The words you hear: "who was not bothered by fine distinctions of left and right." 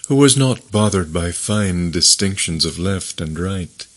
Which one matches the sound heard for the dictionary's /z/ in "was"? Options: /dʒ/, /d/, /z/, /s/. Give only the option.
/z/